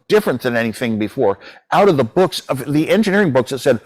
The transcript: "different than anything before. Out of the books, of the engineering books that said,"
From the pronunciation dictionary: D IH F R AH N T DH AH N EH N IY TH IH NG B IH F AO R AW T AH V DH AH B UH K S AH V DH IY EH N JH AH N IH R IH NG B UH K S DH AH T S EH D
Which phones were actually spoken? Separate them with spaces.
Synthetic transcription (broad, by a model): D IH F R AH N DH AH N EH N IY TH IH NG B IH F AO R AW T AH V DH AH B UH K S AH V DH IY EH N JH AH N IH R IH NG B UH K S DH AH T S EH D